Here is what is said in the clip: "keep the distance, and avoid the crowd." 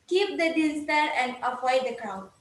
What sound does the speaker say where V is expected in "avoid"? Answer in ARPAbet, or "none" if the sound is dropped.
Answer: P